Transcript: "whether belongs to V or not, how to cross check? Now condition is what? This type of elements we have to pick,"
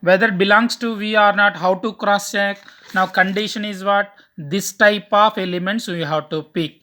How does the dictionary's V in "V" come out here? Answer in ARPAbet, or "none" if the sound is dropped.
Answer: V